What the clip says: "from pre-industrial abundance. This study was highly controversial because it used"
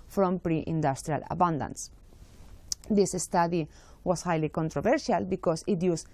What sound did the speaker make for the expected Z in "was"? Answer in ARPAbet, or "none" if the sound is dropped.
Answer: S